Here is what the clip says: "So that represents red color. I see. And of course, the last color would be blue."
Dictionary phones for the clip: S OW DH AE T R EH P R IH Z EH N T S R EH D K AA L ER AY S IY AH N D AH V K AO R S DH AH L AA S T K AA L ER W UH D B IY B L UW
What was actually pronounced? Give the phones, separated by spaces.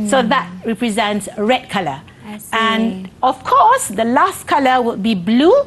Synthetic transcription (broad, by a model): S OW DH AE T R EH P R IH Z EH N T S R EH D K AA L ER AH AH N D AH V K AO S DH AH L AA S T K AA L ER W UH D B IY B L UW